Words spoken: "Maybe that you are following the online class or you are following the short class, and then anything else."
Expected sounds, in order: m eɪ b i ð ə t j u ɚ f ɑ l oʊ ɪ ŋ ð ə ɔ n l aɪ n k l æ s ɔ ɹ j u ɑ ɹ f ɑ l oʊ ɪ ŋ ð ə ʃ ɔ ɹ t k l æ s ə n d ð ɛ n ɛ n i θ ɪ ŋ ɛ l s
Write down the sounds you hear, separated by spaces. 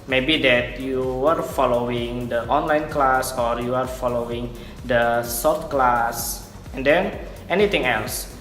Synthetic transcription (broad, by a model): m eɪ b i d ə t j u ɚ f ɑ l oʊ ɪ ŋ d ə ɔ n l aɪ n k l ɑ s ɔ ɹ j u ɑ ɹ f ɑ l oʊ ɪ ŋ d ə s ɔ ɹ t k l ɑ s ə n d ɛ n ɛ n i t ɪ ŋ ɛ l s